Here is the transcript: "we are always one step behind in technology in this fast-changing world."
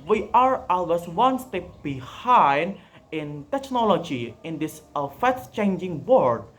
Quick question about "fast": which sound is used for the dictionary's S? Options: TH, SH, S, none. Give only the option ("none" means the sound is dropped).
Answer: none